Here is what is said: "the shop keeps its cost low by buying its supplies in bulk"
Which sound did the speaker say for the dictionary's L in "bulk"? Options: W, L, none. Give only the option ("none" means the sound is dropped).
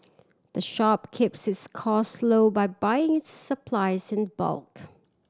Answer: L